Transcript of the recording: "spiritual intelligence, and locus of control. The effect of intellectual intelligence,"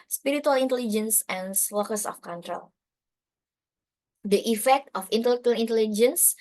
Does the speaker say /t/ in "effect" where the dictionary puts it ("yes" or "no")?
yes